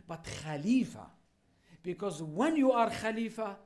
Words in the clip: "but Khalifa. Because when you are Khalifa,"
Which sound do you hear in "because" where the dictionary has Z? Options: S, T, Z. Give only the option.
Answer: Z